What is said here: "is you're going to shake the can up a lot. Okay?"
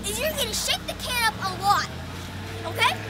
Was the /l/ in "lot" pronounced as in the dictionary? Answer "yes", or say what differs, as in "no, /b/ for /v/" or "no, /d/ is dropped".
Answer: no, /w/ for /l/